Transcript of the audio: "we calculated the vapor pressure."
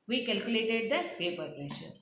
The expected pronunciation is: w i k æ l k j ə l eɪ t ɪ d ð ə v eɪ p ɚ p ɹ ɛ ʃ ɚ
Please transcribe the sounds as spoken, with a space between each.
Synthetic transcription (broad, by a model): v i k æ l k j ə l eɪ t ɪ d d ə p eɪ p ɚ p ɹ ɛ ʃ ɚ